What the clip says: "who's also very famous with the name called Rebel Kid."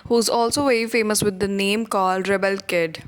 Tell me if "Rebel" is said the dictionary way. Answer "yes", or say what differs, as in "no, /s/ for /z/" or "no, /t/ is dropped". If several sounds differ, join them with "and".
yes